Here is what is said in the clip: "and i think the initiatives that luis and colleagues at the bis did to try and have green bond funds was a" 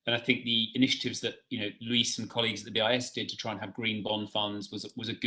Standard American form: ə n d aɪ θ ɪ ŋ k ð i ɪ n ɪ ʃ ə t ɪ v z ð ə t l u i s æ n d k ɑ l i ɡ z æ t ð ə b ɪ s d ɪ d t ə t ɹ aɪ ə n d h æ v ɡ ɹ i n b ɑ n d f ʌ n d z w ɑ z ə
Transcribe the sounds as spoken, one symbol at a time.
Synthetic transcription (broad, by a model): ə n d aɪ θ ɪ ŋ k ð i ɪ n ɪ ʃ ə t ɪ v z ð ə t l u i s n k ɑ l i ɡ z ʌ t ð ə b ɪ s d ɪ d t ə t ɹ aɪ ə n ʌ v ɡ ɹ i n b ɑ n f ʌ n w z w ɑ z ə